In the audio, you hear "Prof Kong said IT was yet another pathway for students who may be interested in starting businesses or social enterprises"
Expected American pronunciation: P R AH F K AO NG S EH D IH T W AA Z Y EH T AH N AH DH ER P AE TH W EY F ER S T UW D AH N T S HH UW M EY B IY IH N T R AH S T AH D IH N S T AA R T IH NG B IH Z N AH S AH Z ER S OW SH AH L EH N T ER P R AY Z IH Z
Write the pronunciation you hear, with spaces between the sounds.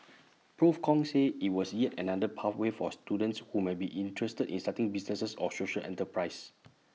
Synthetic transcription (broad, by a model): P R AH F K AO NG S EH IH T W AA S Y EH T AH N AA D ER P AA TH W EY F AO S T UW D AH N T S HH UW M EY B IY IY N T R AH S T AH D IH N S T AA T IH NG B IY S N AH S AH S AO S OW SH AH L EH N T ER P R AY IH S